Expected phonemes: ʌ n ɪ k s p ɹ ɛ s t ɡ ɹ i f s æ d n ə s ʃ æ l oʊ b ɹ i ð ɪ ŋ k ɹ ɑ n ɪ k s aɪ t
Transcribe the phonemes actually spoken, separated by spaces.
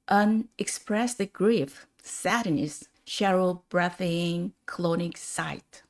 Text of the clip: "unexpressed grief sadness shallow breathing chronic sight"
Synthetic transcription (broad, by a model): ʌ n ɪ k s p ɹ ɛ s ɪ ɡ ɹ i f s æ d n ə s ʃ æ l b ɹ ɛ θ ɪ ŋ k l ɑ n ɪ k s aɪ t